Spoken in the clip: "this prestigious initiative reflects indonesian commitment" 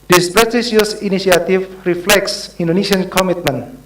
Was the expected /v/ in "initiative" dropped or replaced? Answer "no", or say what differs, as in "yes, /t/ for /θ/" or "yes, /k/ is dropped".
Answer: yes, /f/ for /v/